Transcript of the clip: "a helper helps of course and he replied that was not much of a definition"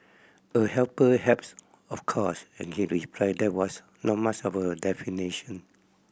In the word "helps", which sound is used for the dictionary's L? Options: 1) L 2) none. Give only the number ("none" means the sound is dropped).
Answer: 2